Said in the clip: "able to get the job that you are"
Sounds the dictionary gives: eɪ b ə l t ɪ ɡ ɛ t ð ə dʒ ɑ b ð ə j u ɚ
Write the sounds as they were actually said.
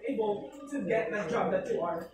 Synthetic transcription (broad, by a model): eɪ b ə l t ɪ ɡ ɛ t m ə dʒ ɑ b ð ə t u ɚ